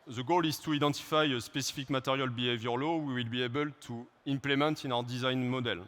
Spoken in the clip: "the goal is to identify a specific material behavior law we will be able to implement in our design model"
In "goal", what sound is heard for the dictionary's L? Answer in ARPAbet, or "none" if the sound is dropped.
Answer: L